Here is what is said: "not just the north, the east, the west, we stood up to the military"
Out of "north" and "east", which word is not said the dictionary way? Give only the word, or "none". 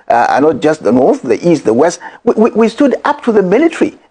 none